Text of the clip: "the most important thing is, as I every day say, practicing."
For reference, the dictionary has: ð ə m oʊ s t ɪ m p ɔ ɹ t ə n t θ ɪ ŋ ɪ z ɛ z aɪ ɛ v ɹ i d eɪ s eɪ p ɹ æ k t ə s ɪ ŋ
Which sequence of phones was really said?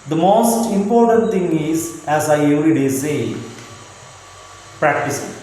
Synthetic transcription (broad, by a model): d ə m oʊ s t ɪ m p ɔ ɹ t ə n t t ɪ ŋ ɪ z ɛ z aɪ ɛ v ɹ i d eɪ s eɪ p ɹ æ k t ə s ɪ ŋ